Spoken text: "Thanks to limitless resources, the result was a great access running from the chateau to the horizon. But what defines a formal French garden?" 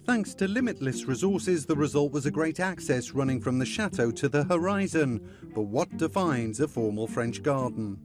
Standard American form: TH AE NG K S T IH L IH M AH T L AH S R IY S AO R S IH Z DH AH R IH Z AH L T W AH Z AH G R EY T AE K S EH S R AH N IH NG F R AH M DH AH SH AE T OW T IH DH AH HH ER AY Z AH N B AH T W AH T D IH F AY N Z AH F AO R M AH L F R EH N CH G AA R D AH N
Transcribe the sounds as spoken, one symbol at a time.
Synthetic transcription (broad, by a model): TH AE NG K S T IH L IH M AH T L AH S R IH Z AO R S IH Z DH AH R IH Z AH L T W AH Z AH G R EY T AE K S EH S R AH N IH NG F R AH M DH AH SH AE T OW T IH DH AH HH ER AY Z AH N B AH T W AH T D IH F AY N Z AH F AO R M AH L F R EH N CH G AA R D N